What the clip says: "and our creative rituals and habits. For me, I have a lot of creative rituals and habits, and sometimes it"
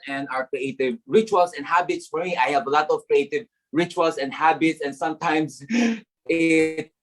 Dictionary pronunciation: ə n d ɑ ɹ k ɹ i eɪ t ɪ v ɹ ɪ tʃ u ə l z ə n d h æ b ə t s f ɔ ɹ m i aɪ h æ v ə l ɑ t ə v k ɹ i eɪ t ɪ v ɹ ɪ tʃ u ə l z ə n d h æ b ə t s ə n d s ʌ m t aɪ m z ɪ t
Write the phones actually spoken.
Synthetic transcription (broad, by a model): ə n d ɑ ɹ k ɹ i eɪ t ɪ v ɹ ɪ tʃ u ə l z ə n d h æ b ə t s f ɔ ɹ m i aɪ h æ v ə l ɑ t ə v k ɹ i eɪ t ɪ v ɹ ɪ tʃ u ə l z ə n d h æ b ə t s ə n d s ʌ m t aɪ m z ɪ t